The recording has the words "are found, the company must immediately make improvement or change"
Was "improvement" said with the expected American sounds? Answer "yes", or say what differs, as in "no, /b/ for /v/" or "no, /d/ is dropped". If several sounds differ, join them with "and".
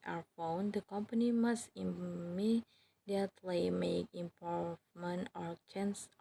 no, /ɹ/ is dropped